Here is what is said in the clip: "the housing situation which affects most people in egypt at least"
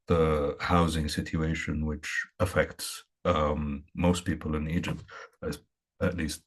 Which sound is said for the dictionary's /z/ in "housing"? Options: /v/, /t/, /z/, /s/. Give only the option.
/z/